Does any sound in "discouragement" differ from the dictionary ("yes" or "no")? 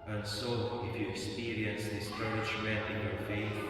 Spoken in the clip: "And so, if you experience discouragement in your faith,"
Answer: yes